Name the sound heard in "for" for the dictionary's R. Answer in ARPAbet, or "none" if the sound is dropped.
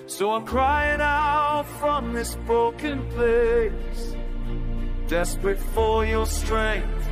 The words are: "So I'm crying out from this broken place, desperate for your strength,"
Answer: L